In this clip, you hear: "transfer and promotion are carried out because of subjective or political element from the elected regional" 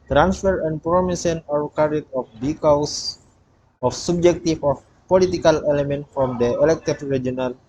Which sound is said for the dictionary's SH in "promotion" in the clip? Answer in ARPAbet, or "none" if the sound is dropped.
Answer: S